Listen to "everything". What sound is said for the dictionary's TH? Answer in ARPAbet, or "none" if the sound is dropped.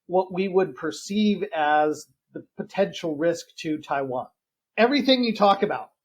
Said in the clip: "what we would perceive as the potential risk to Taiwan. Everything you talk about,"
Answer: TH